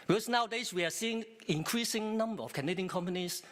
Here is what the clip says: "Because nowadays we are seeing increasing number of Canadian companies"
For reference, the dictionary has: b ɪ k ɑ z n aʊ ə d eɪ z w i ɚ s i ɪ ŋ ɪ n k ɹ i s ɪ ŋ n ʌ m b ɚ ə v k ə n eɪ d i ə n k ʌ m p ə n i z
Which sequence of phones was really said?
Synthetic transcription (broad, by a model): b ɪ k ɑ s n aʊ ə d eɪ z w i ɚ s i ɪ ŋ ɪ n k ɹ i s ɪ ŋ n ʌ m b ɚ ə f k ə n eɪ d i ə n k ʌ m p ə n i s